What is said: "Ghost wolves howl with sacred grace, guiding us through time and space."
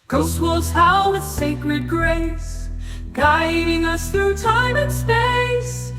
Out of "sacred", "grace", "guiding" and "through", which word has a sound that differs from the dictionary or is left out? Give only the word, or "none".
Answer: none